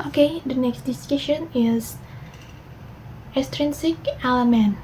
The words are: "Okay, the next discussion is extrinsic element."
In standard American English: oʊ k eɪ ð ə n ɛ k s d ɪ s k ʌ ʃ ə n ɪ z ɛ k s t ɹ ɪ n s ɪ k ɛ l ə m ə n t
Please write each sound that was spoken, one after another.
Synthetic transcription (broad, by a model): oʊ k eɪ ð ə n ɛ k s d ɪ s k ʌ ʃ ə n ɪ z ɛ s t ɹ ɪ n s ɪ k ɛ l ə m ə n